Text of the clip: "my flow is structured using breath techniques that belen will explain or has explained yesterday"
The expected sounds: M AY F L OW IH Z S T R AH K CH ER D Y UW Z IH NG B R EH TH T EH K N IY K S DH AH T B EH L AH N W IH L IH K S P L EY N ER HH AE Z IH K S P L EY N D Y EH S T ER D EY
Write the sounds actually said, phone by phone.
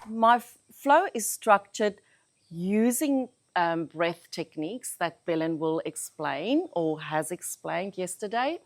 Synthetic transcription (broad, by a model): M AY F L OW IH Z S T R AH K CH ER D Y UW Z IH NG B R EH TH T EH K N IY K S DH AH T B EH L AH N W IH L IH K S P L EY N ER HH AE Z IH K S P L EY N D Y EH S T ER D EY